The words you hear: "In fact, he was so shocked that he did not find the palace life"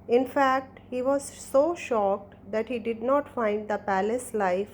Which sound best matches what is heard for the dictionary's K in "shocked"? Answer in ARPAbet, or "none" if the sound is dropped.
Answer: K